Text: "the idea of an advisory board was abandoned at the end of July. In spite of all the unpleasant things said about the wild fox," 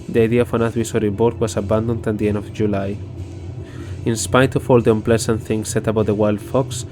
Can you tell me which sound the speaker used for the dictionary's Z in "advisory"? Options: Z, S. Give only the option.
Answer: S